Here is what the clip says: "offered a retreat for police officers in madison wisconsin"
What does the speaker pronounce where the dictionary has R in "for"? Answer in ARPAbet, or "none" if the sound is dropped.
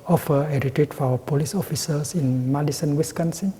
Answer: W